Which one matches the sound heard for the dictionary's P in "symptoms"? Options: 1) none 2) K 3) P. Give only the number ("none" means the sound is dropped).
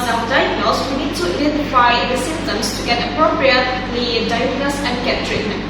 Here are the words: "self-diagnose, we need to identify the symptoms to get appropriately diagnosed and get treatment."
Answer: 1